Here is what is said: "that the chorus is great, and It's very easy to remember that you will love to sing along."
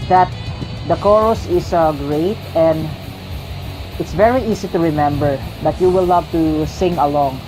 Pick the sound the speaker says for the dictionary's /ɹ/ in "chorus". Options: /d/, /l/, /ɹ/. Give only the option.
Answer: /ɹ/